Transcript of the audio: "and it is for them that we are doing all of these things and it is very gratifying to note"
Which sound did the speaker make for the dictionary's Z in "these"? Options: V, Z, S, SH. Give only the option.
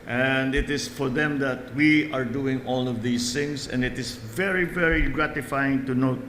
S